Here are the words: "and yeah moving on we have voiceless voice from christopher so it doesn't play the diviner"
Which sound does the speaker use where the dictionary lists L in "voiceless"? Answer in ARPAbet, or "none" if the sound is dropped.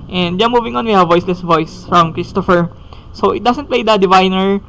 L